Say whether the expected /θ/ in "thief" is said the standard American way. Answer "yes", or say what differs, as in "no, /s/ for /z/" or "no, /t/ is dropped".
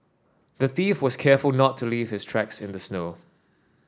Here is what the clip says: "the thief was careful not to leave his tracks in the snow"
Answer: yes